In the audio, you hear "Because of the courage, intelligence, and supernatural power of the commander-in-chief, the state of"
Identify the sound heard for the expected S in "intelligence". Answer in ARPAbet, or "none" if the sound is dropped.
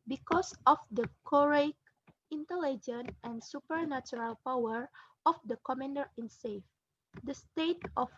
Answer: none